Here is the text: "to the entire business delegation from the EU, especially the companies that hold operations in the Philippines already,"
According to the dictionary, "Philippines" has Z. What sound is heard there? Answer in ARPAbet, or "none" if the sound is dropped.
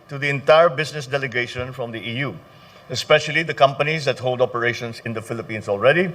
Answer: S